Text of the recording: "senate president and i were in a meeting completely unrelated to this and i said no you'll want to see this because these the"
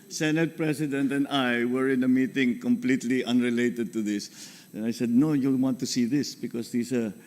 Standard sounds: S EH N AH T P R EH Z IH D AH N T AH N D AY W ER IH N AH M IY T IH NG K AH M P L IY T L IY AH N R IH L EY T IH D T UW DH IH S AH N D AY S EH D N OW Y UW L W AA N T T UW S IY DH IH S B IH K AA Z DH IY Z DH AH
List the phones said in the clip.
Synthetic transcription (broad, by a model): S EH N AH T P R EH S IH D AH N T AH N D AY W ER IH N AH M IY T IH NG K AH M P L IY T L IY AH N R IH L EY T IH D T UW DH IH S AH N AY S EH D N OW Y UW W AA N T T UW S IY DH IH S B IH K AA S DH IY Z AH